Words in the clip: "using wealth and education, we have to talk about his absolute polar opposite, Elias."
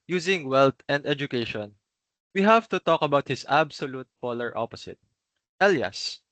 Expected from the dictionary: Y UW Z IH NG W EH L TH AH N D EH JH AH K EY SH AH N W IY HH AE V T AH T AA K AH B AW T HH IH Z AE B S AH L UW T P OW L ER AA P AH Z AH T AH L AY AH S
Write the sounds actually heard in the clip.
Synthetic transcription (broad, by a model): Y UW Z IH NG W EH L T AH N D EH JH AH K EY SH AH N W IY HH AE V T AH T AA K AH B AW T HH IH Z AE B S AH L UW T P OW L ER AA P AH S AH T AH L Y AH S